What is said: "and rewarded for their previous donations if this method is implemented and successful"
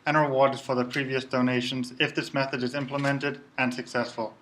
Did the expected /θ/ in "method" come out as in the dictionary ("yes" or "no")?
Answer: yes